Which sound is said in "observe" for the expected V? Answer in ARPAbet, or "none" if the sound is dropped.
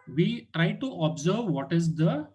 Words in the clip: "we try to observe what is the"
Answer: V